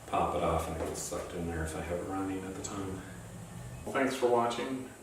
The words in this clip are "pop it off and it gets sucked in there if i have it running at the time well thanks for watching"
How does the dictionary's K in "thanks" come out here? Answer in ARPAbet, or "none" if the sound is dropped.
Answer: K